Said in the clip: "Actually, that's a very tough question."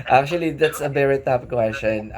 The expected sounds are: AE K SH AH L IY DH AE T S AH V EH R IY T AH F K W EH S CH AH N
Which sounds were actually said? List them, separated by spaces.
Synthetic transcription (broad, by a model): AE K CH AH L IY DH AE T S AH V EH R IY T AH P K W EH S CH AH N